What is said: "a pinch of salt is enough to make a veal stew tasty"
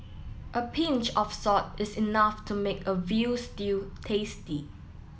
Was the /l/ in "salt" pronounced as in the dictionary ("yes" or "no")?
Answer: no